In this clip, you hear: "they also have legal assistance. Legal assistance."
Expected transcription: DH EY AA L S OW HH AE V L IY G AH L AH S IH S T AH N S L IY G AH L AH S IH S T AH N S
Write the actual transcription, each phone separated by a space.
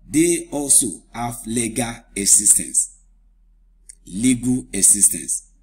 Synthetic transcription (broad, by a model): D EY AA L S OW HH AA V L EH G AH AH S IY S T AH N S L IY G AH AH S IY S T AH N S